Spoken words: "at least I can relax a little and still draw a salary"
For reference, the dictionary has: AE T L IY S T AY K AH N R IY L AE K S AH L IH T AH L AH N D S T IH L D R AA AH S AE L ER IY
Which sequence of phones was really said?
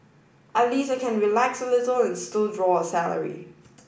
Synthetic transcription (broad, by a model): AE L IY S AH K AH N R IY L AE K S AH L IH T AH L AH N S T IH L D R AA AH S AE L ER IY